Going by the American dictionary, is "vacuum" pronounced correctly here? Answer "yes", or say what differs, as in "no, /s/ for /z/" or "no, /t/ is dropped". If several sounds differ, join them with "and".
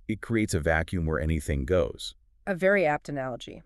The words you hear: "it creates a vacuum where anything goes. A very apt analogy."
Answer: yes